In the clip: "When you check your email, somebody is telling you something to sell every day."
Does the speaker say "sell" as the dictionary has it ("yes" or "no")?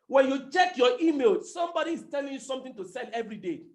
no